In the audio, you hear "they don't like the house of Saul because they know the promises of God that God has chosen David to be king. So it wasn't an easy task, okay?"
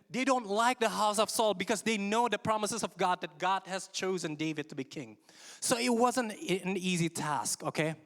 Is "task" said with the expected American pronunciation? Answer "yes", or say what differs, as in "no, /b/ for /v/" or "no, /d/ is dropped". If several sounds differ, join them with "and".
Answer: yes